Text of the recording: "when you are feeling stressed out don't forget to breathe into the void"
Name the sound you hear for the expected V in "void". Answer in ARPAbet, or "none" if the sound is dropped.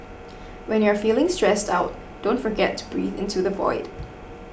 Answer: V